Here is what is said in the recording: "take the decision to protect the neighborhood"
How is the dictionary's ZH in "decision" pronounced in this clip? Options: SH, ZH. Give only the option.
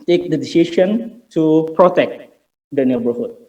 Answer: SH